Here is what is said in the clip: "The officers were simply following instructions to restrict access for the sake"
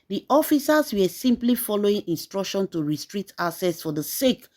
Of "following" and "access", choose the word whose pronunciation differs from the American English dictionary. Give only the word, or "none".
access